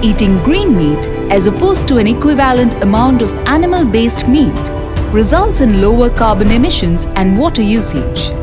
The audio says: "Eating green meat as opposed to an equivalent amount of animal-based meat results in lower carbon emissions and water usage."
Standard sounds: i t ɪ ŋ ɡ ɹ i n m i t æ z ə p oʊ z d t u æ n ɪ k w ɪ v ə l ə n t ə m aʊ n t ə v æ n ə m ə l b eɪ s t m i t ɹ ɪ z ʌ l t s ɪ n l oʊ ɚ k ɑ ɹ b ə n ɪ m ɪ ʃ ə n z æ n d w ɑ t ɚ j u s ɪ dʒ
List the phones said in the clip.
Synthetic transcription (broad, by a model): i t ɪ ŋ ɡ ɹ i n m i t æ z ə p oʊ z t u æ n ɪ k w ɪ v ə l ə n t ə m aʊ n t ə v æ n ə m ə l b eɪ s t m i t ɹ ɪ z ʌ l t s ɪ n l oʊ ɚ k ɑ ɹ b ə n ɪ m ɪ ʃ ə n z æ n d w ɑ t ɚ j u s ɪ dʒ